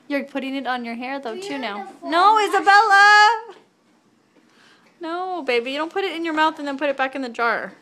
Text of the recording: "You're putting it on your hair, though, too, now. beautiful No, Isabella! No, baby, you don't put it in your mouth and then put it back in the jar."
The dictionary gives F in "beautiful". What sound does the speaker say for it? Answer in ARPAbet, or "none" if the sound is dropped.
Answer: none